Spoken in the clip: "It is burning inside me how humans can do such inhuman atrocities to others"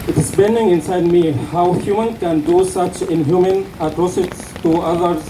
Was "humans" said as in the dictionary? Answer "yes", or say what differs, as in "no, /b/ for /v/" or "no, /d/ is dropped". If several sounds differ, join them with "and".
no, /z/ is dropped